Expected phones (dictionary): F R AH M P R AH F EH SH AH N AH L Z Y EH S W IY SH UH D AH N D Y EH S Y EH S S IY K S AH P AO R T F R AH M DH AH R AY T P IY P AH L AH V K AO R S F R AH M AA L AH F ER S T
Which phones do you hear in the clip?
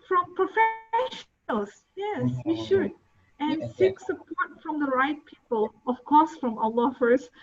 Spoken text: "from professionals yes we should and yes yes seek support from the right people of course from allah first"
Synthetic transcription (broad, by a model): F R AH M P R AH F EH AH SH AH L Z Y EH S W IY SH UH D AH N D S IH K S AH P AO R T F R AH M DH AH R AY T P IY P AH L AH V K AO R S F R AH M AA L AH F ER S